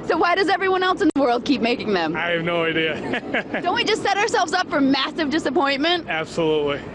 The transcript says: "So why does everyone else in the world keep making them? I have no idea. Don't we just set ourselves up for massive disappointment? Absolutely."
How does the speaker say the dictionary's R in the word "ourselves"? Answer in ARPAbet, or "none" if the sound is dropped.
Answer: R